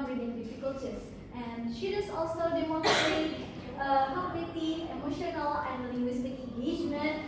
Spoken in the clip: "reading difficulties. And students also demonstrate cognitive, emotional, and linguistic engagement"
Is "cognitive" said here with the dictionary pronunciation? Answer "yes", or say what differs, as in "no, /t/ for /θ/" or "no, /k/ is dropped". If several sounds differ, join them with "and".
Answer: no, /v/ is dropped